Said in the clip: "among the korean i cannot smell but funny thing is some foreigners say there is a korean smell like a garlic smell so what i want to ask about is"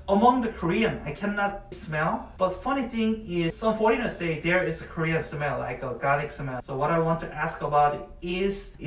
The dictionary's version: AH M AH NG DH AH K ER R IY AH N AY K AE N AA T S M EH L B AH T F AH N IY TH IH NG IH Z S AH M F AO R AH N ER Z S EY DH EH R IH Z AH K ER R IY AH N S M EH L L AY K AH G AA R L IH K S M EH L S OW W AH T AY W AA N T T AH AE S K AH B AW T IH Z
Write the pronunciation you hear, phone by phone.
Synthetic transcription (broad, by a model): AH M AH NG DH AH K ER R IY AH N AY K AE N AA T S M EH L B AH T F AH N IY TH IH NG IH Z S AH M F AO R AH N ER S EY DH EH R IH Z AH K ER R IY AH N S M EH L L AY K AH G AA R IH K S M EH L S OW W AH T AY W AA N T T AE S K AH B AW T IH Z